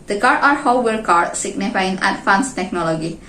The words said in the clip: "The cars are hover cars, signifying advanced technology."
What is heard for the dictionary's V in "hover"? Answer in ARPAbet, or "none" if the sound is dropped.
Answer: W